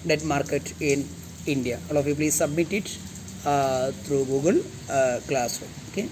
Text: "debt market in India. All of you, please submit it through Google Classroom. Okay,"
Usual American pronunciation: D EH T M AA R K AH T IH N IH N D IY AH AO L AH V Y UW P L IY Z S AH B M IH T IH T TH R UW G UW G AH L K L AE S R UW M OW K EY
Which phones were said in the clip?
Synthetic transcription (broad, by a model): D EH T M AA R K AH T IH N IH N D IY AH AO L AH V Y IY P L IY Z S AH B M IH T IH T T R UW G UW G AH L K L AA S UW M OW K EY